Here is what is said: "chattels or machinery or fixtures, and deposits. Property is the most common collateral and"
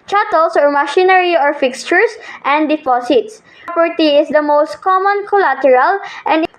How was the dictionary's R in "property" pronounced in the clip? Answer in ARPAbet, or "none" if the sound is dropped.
none